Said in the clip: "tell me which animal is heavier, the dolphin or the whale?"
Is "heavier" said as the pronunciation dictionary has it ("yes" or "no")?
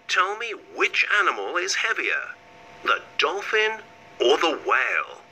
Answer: yes